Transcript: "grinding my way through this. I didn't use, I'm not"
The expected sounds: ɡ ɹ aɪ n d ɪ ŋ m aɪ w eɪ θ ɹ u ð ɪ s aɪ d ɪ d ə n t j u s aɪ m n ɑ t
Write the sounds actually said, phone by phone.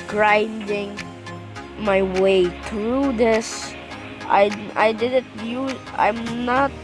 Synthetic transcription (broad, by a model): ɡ ɹ aɪ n d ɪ ŋ m aɪ w eɪ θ ɹ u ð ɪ s aɪ d ɪ d ə n t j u aɪ m n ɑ t